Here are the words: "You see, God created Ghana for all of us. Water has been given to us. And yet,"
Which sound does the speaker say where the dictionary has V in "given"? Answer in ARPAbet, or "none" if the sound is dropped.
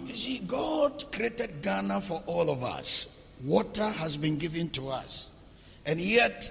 V